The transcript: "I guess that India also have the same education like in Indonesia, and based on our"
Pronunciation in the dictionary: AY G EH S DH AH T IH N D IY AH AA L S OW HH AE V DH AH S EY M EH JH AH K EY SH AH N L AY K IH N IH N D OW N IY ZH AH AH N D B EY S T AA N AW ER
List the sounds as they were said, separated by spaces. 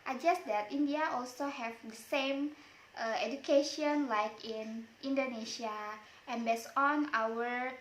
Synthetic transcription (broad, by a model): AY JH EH S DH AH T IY N D IY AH AA L S OW HH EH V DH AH S EY M EH JH AH K EY SH AH N L AY K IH N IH N D OW N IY SH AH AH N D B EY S AA N AW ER